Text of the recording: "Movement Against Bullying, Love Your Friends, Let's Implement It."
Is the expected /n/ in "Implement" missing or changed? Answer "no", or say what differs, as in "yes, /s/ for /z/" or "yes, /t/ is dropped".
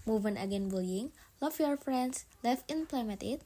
yes, /n/ is dropped